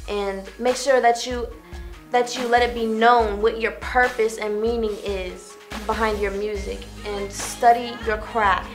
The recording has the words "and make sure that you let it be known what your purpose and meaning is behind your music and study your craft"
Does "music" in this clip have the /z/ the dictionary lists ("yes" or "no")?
yes